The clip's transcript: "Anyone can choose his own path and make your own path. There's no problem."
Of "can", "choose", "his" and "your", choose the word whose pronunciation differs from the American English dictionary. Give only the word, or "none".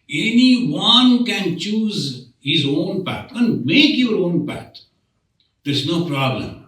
none